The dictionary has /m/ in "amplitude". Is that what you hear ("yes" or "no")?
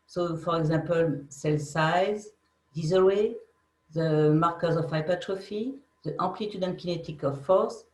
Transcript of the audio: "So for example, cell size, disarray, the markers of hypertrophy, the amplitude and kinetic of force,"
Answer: no